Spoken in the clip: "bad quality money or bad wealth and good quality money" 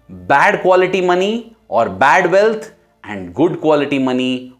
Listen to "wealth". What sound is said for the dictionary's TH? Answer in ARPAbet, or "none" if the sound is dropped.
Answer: T